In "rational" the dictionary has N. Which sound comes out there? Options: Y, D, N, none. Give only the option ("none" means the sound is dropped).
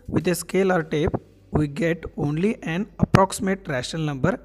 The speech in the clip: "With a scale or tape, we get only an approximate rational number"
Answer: none